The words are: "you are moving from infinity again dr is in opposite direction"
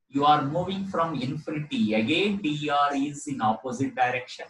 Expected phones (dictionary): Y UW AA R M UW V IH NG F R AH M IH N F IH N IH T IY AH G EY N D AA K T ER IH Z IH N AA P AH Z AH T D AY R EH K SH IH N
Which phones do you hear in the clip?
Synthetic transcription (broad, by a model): Y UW AA R M UW V IH NG F R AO M IH N F IH N IH T IY AH G EY N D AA T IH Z IH N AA P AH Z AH T D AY R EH K SH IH N